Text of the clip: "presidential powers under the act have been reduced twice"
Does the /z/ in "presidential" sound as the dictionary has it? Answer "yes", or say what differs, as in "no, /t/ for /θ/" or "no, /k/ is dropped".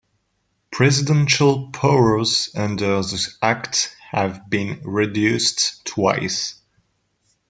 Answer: yes